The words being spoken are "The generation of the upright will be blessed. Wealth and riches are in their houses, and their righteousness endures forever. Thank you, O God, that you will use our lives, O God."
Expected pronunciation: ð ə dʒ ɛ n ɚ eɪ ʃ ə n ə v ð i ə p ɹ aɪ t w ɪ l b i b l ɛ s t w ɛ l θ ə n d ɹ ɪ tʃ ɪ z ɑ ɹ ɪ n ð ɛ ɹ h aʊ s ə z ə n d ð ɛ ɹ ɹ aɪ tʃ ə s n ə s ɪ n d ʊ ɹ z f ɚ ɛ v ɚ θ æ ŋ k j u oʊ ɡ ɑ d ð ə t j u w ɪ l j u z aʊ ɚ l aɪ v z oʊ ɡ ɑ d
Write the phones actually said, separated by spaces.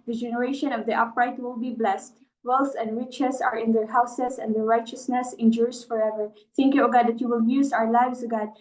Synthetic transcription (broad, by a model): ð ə dʒ ɛ n ɚ eɪ ʃ ə n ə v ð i ə p ɹ aɪ t w ɪ l b i b l ɛ s t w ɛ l s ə n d ɹ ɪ tʃ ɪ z ɑ ɹ ɪ n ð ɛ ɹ h aʊ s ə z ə n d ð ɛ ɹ ɹ aɪ tʃ ə s n ə s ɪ n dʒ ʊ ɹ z f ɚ ɛ v ɚ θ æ ŋ k j u oʊ ɡ ɑ d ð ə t j u w ɪ l j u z aʊ ɚ l aɪ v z oʊ ɡ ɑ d